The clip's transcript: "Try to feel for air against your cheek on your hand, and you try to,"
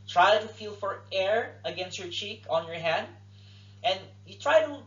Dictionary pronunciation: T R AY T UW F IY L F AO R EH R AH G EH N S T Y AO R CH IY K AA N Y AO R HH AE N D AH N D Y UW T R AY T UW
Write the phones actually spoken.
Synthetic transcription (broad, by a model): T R AY T UW F IY L F AO R EH R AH G EH N S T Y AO R CH IY K AA N Y AO R HH AE N D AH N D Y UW T R AY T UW